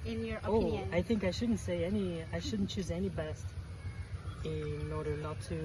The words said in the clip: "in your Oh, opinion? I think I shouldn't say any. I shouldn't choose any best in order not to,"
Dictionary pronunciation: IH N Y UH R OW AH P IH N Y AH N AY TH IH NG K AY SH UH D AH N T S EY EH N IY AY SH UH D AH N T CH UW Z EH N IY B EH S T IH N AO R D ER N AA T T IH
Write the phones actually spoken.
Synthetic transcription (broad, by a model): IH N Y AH R OW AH AA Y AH TH IH NG K AY SH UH D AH N T S EY EH N IY AY SH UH D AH N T CH UW Z EH N IY B EH S T IH N AO R D ER N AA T T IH